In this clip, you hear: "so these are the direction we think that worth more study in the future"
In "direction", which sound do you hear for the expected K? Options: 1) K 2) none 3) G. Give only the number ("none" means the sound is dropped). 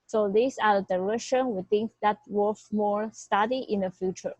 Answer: 2